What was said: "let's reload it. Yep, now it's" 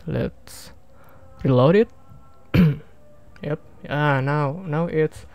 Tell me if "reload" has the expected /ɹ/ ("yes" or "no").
yes